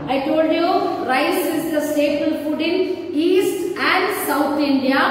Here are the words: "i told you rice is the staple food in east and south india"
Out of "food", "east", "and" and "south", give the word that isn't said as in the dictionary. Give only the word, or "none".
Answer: south